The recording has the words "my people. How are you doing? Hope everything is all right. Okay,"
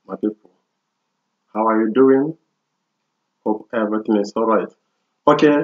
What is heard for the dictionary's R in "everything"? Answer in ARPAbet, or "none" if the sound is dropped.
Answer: none